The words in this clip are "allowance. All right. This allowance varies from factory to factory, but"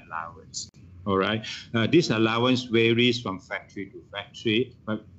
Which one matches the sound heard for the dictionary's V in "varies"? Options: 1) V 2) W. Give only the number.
2